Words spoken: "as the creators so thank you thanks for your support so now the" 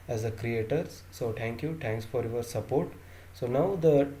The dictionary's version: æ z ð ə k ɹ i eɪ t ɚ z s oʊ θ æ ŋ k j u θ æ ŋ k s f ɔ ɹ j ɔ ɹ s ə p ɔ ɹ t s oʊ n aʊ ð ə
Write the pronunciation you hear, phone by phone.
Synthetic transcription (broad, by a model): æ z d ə k ɹ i eɪ t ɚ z s oʊ t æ ŋ k j u t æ ŋ k s f ɔ ɹ j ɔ ɹ s ə p ɔ ɹ t s oʊ n aʊ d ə